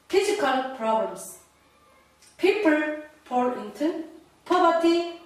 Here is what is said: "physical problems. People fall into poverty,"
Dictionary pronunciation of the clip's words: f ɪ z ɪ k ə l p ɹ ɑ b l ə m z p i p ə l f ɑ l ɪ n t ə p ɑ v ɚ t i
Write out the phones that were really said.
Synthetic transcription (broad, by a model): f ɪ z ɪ k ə l p ɹ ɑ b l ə m s p i p ə l p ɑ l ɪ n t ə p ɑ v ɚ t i